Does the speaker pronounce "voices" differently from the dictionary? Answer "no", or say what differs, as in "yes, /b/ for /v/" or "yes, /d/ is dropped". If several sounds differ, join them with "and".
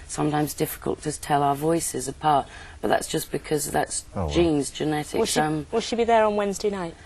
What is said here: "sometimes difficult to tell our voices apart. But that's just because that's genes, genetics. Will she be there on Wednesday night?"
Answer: no